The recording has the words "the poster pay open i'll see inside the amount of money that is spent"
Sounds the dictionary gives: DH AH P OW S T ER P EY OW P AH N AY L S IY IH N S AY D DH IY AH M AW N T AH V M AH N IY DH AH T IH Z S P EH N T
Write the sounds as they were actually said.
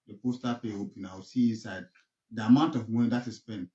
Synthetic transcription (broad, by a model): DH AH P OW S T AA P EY OW P AH N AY W S IY IH N S AY D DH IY AH M AW N T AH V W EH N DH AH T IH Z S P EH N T